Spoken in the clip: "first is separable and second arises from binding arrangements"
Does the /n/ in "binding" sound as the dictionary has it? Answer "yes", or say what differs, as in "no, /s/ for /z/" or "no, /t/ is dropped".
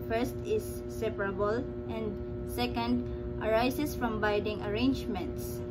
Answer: no, /n/ is dropped